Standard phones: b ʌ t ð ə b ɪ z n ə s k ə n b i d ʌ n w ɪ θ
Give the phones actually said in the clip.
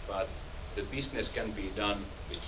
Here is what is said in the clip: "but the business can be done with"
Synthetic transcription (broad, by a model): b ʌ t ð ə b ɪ s n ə s k ə n b i d ʌ n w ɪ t